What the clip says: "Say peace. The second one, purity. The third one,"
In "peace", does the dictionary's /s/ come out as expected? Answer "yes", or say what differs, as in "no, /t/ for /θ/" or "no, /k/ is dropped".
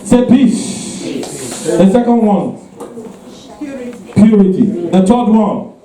no, /ʃ/ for /s/